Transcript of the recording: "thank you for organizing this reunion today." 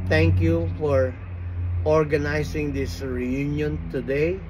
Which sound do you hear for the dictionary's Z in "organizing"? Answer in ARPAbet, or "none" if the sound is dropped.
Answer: S